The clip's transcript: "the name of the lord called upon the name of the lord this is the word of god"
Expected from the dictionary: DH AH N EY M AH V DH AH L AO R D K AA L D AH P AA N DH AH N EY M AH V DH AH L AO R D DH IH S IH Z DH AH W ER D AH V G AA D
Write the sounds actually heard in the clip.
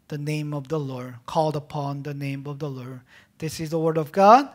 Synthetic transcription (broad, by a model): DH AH N EY M AH V DH AH L AO R D K AA L D AH P AA N DH AH N EY M AH V DH AH L AO R D DH IH S IH Z DH AH W ER D AH V G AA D